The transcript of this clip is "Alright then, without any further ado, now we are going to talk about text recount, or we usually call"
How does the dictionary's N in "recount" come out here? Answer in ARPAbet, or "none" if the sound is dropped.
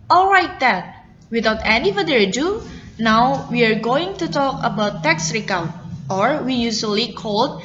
none